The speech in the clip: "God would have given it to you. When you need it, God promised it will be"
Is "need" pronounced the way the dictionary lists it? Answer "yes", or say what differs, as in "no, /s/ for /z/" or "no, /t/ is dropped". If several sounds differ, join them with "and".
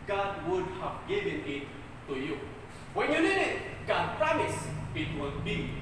no, /l/ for /n/